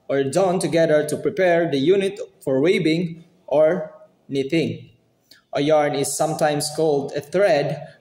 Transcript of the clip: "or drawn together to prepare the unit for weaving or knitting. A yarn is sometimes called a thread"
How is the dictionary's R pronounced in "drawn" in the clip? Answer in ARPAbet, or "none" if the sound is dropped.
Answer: none